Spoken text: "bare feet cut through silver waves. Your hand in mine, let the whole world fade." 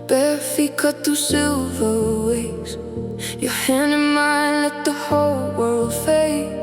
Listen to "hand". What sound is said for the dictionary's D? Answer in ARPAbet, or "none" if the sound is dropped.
none